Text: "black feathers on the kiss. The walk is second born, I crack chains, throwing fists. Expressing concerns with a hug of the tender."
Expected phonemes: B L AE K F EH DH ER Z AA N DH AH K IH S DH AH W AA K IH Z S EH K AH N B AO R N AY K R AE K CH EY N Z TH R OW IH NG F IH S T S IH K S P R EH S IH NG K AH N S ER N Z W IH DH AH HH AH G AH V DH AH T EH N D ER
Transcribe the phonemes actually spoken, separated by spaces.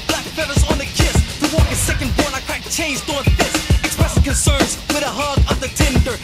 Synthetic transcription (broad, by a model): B L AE K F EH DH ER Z N DH AH K IH S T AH W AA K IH S EH K AH N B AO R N AY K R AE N CH EY N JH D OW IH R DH IH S S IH K S P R EH S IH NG K AH N S ER N Z W IH DH AH HH AH G AH V DH AH T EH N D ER